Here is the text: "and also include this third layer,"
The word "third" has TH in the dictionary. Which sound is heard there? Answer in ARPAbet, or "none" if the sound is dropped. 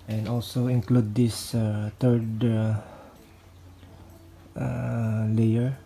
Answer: T